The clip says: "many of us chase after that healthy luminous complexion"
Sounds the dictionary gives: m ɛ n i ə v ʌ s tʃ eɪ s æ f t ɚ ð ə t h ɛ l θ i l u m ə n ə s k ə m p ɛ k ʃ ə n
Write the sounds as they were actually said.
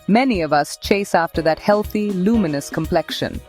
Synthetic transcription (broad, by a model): m ɛ n i ə v ʌ s tʃ eɪ s æ f t ɚ ð ə t h ɛ l θ i l u m ə n ə s k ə m p ɛ k ʃ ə n